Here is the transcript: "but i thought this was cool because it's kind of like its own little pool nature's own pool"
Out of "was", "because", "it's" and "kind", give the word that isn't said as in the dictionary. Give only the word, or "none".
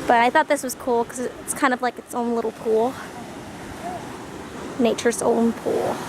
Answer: because